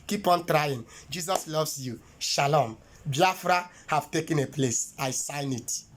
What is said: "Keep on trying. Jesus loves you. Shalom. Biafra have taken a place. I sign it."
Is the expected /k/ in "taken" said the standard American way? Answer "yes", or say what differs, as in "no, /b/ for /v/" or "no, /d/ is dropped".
yes